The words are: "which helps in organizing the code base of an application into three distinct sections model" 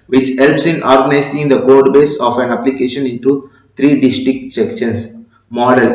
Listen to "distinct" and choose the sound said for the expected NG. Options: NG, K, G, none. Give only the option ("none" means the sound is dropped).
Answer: none